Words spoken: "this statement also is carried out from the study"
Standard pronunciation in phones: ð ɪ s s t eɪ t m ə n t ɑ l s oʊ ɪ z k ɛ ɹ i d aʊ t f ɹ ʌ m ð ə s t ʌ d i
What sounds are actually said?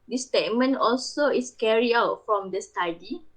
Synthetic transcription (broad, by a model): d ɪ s s t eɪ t m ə n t ɑ l s oʊ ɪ s k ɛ ɹ i aʊ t f ɹ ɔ m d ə s t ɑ d i